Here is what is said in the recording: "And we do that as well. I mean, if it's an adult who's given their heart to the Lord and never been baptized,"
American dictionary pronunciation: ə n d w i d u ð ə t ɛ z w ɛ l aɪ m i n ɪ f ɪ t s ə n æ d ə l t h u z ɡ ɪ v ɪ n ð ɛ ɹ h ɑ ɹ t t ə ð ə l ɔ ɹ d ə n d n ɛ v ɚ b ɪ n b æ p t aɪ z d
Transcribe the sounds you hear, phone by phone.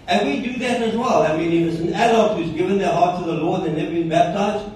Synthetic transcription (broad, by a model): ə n w i d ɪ ð ə t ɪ z w ɛ l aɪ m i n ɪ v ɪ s ə n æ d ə t h u z ɡ ɪ v ɪ n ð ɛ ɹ h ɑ ɹ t t ə ð ə l ɔ ɹ d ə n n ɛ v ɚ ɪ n b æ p t aɪ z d